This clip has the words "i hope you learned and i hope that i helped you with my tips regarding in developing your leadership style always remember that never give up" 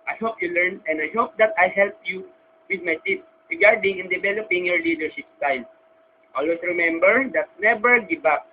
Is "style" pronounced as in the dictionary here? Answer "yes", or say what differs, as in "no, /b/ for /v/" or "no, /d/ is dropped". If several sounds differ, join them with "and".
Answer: no, /n/ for /l/